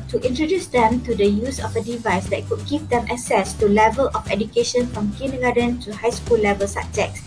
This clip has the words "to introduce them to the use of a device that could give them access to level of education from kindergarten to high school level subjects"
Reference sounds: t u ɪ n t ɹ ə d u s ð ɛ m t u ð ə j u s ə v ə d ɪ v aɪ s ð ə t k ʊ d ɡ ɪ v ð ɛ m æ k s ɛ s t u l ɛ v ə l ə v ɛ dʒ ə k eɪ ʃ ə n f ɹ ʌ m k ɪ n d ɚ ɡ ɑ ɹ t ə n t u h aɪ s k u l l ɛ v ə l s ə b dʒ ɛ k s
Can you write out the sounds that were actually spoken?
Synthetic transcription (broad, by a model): t u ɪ n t ɹ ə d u s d ɛ m t u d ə j u s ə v ə d ɪ v aɪ s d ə t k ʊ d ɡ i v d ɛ m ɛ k s ɛ s t u l ɛ v ə l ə f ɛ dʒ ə k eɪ ʃ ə n f ɹ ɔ m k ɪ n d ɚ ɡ ɑ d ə n t u h aɪ s k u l l ɛ v ə l s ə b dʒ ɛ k s